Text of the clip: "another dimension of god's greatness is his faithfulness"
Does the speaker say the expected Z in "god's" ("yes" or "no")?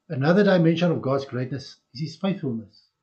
yes